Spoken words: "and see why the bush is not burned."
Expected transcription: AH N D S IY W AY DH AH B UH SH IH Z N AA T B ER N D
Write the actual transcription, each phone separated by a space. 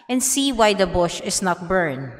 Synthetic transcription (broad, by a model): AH N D S IY W AY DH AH B UH SH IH S N AA T B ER N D